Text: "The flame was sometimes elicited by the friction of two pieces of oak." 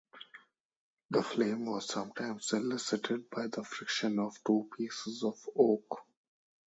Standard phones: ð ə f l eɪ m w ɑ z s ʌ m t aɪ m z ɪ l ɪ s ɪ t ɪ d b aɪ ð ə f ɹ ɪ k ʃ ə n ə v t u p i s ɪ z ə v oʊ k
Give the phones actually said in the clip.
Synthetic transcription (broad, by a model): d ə f l eɪ m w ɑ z s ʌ m t aɪ m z ɪ l ɪ s ɪ t ɪ d b aɪ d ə f ɹ ɪ k ʃ ə n ə v t u p i s ɪ z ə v oʊ k